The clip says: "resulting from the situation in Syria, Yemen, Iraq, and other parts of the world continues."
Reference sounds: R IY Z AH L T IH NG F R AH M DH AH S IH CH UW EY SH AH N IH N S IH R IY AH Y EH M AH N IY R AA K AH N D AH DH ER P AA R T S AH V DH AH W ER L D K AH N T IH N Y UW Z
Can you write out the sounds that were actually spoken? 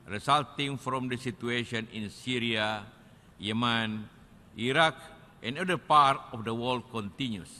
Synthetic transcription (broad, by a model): R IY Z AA L T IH NG F R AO M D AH S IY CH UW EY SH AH N IH N S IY R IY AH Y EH M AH N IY R AA K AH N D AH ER P AA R T AH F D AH W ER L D K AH N T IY N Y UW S